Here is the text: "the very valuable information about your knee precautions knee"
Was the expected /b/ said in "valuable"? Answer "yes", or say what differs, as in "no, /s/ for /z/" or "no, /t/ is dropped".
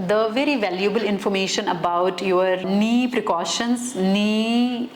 yes